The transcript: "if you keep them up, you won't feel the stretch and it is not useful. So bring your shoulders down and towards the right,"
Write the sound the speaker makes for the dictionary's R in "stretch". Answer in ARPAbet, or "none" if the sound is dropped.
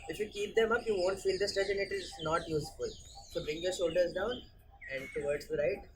none